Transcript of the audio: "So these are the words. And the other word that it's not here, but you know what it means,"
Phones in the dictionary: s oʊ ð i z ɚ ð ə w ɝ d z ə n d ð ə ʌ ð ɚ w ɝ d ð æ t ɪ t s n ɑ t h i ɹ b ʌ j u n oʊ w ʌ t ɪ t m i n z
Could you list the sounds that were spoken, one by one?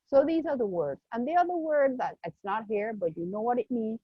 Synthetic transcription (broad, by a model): s oʊ ð i z ɚ ð ə w ɝ d z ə n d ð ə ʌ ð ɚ w ɝ d ð æ t ɪ t s n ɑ t h i ɹ b ʌ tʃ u n oʊ w ʌ t ɪ t m i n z